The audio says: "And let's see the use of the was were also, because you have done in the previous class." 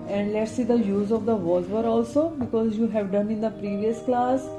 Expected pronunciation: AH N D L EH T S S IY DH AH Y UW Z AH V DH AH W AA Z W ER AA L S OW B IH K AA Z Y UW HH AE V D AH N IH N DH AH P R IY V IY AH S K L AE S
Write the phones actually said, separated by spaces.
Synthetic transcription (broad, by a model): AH N D L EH T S S IY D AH Y UW Z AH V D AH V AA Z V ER AA L S OW B IH K AA Z Y UW HH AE V D AH N IH N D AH P R IY V IY AH S K L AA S